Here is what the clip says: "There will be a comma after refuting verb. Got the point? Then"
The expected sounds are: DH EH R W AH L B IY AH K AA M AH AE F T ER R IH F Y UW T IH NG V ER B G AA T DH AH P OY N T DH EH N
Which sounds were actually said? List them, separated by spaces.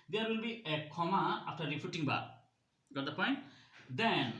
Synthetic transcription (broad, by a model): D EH R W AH L B IY AH K AA M AH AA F T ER R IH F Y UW T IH NG B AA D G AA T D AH P OY N T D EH N